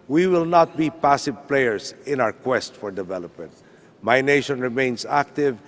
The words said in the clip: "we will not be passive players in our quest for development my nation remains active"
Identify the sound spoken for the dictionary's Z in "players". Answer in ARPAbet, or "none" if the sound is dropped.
S